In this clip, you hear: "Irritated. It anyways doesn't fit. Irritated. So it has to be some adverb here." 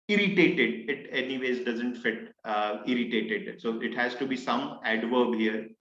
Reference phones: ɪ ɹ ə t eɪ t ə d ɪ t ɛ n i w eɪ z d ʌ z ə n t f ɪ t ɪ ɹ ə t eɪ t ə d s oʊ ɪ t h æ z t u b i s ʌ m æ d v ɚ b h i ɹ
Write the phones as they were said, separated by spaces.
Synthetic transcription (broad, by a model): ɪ ɹ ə t eɪ t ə d ɪ t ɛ n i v eɪ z d ʌ z ə n t f ɪ t ɪ ɹ ə t eɪ t ə d s oʊ ɪ t h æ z t u b i s ʌ m æ d v ɚ b h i ɹ